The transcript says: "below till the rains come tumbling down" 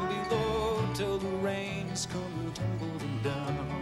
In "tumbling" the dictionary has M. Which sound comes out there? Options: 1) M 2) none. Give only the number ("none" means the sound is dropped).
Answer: 2